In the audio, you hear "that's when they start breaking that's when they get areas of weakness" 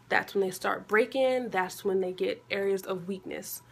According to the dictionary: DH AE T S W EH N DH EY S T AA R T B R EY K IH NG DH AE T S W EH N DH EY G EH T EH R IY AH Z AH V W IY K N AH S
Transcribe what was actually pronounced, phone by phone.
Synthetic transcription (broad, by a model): DH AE T S W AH N DH EY S T AA R T B R EY K IH NG DH AE T S W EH N DH EY G EH T EH R IY AH Z AH V W IY K N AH S